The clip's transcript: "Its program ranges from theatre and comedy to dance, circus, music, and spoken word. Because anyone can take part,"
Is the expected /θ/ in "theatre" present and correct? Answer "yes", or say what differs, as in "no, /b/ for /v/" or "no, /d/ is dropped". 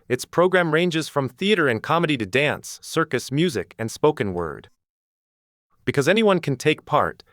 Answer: yes